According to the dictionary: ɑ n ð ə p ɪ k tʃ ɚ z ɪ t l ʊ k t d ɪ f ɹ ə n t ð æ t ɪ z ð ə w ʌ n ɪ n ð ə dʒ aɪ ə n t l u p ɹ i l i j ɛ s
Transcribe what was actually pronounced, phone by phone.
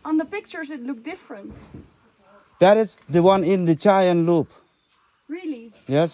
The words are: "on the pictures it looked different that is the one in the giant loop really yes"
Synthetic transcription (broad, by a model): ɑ n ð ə p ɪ k tʃ ɚ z ɪ t l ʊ k d ɪ f ɹ ə n t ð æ t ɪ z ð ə w ʌ n ɪ n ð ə tʃ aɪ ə n l u p ɹ i l i j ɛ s